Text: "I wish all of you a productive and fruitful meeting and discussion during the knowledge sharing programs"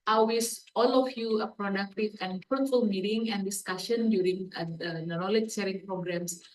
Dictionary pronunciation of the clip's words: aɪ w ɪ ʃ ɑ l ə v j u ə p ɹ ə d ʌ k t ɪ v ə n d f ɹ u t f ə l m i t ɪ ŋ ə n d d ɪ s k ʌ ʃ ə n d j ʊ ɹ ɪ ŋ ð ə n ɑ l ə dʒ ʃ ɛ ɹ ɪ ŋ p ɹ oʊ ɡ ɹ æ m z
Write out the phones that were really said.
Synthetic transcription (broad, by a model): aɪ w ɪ s ɑ l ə f j u ə p ɹ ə d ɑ k t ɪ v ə n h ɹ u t f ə l m i t ɪ ŋ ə n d d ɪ s k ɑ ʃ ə n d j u ɹ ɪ ŋ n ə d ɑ l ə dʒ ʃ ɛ ɹ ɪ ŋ p ɹ oʊ ɡ ɹ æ m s